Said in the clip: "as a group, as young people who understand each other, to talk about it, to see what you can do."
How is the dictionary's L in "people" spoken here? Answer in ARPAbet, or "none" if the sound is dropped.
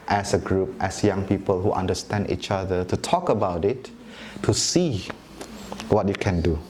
L